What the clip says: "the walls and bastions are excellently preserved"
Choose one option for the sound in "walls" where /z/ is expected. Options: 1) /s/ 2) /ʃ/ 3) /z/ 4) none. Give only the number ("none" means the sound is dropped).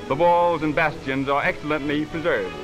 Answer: 3